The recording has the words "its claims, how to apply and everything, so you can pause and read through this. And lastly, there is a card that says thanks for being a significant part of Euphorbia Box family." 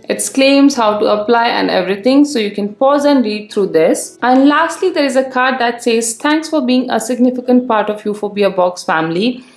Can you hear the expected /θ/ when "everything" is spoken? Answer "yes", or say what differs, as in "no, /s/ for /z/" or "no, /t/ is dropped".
no, /t/ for /θ/